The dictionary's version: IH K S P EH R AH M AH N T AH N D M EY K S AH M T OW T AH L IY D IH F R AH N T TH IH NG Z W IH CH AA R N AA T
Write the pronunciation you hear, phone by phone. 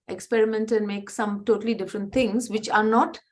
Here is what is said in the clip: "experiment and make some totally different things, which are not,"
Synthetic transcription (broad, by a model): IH K S P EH R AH M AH N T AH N D M EY K S AH M T OW T AH L IY D IH F R AH N T T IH NG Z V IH CH AA R N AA T